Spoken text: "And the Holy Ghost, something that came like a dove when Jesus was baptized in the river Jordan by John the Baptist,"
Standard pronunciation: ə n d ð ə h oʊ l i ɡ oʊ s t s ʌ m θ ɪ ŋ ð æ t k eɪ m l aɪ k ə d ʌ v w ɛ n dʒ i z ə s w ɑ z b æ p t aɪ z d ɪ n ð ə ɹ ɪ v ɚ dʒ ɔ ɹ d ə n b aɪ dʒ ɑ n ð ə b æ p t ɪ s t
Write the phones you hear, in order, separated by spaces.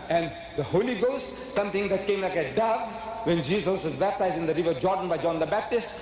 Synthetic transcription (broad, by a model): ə n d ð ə h oʊ l i ɡ oʊ s t s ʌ m t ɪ ŋ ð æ t k eɪ m l aɪ k ə d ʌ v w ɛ n dʒ i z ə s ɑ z b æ p t aɪ z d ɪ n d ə ɹ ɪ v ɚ dʒ ɔ ɹ d ə n b aɪ dʒ ɑ n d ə b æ p t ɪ s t